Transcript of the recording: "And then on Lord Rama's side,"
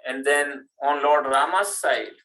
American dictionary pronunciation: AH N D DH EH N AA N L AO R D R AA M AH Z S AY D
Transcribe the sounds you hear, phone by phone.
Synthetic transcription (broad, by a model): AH N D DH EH N AA N L AO R D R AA M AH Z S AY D